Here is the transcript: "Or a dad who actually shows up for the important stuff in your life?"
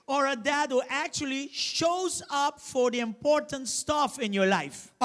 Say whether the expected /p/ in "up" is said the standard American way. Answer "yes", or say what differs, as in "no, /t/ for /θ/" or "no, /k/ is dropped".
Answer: yes